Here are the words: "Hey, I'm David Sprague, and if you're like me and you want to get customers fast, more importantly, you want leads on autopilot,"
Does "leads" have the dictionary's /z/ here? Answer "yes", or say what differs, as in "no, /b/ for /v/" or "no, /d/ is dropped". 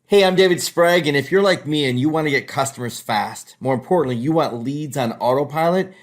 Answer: yes